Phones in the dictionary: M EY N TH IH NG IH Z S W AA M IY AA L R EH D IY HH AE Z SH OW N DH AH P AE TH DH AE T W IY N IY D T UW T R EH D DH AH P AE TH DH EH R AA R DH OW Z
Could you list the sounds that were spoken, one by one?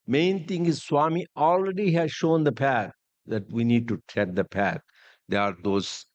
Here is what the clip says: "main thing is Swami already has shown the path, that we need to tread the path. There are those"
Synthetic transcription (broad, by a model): M EY N T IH NG IH Z S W AA M IY AA L R EH D IY HH AE Z SH OW N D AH P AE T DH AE T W IY N IY D T UW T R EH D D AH P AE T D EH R AA R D OW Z